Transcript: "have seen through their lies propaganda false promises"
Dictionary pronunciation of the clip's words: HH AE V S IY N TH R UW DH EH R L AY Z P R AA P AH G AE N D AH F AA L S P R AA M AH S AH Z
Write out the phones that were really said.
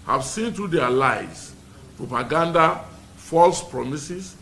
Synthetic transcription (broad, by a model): HH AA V S IY N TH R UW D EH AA L AY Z P R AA P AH G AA N D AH F AA L S P R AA M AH S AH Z